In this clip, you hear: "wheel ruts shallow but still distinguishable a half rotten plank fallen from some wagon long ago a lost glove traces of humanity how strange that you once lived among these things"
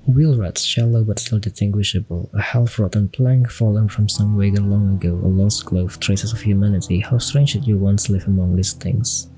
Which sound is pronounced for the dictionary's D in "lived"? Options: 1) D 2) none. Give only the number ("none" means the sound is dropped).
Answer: 2